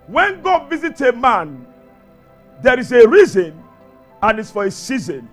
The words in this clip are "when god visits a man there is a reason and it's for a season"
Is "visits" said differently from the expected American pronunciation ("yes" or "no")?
yes